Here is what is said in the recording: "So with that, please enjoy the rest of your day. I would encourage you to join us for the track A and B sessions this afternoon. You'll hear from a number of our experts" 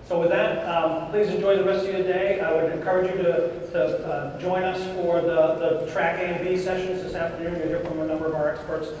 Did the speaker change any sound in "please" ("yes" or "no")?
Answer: no